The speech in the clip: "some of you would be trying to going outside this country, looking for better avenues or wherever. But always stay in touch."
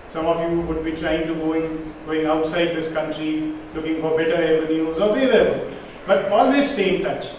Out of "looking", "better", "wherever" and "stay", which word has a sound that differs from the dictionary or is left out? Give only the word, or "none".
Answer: wherever